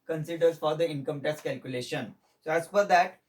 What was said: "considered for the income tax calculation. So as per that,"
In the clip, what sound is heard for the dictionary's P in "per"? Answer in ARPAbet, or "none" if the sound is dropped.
F